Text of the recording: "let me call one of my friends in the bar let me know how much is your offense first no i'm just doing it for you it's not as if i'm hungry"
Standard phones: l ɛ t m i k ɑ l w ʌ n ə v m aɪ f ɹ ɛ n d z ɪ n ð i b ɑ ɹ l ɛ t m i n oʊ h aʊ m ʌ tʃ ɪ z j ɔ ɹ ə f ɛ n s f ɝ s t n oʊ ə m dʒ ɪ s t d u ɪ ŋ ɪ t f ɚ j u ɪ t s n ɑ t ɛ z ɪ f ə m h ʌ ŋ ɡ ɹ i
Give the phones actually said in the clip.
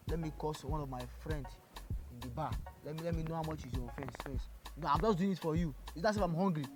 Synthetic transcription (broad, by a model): l ɛ t m i k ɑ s w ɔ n ə v m aɪ f ɹ ɛ n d s ɪ n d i b ɑ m l ɛ t m i n oʊ h aʊ m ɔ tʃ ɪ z j ɔ f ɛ n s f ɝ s n oʊ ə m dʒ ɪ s d u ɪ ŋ ɪ t f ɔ j u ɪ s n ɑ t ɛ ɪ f ə m h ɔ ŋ ɡ ɹ i